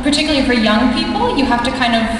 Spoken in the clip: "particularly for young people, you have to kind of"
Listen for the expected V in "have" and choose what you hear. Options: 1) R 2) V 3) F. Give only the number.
3